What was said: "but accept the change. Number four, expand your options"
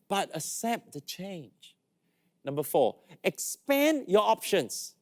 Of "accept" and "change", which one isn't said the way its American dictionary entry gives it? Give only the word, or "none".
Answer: accept